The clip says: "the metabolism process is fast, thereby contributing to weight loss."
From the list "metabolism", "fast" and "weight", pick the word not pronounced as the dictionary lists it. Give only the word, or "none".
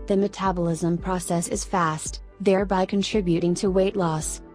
none